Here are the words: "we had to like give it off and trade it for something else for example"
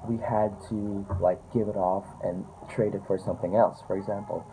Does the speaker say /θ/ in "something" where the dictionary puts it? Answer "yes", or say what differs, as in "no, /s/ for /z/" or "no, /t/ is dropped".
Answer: yes